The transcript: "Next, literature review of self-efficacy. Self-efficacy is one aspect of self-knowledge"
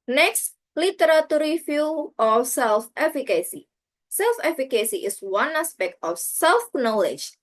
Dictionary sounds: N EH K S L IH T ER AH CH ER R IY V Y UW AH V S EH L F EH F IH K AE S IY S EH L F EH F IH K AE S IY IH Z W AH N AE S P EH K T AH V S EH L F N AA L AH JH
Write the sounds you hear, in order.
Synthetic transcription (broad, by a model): N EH K S L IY T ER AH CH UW R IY F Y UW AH F S EH L F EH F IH K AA S IY S EH L F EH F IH K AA S IY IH S W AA N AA S P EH K T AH F S EH L F N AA L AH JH